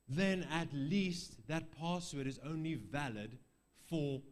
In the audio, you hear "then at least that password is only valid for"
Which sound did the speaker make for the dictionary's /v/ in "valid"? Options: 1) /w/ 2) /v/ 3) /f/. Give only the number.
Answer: 2